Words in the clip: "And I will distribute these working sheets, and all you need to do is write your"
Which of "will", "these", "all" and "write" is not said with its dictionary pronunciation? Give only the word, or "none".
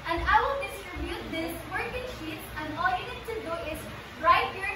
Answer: these